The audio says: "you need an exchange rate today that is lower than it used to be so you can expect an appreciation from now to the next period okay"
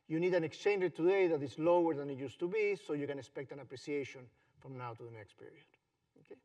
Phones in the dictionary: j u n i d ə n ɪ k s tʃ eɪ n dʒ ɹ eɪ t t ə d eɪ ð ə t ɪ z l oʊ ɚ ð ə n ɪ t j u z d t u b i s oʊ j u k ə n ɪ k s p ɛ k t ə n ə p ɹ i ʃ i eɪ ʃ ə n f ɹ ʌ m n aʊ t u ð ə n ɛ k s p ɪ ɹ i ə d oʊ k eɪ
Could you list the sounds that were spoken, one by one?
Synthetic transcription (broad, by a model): j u n i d ə n ɪ k s tʃ eɪ n dʒ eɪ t t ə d eɪ ð ə t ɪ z l oʊ ɚ ð ə n ɪ t j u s t u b i s oʊ j u k ə n ɪ k s p ɛ k t ə n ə p ɹ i s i eɪ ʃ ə n f ɹ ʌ m n aʊ t u ð ə n ɛ k s p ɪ ɹ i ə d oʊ k eɪ